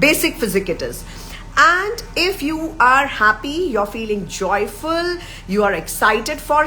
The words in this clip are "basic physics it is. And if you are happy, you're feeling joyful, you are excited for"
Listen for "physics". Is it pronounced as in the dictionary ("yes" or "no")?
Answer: no